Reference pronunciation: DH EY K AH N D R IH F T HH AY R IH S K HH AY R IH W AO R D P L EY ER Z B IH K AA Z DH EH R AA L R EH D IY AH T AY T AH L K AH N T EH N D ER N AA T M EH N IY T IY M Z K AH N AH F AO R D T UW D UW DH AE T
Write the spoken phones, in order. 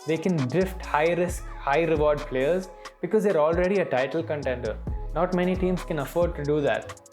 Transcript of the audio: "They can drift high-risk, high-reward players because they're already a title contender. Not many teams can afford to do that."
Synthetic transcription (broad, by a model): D EY K AH N D R IH F T HH AY R IH S K HH AY R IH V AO R D P L EY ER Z B IH K AA Z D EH R AA L R EH D IY AH T AY T AH L K AH N T EH N D ER N AA T M EH N IY T IY M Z K AH N AH F AO R D T UW D UW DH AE T